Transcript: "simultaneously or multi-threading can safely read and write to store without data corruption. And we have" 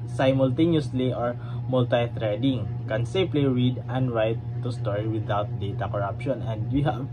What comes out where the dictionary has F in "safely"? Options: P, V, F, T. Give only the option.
P